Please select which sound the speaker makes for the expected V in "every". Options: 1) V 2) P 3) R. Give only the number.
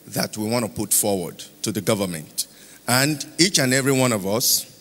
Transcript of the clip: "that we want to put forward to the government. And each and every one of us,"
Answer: 1